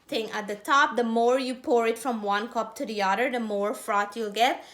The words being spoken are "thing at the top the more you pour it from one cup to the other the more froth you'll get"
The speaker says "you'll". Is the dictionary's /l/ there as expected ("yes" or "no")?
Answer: yes